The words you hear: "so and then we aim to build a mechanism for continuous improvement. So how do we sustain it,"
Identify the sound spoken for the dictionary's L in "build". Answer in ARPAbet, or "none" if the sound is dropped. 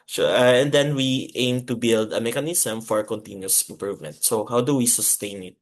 L